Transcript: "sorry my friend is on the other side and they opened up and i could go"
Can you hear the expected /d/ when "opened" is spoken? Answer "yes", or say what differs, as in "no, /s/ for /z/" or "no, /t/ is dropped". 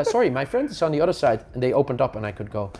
yes